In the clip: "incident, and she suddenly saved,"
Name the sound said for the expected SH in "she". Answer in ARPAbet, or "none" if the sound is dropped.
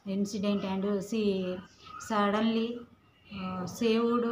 S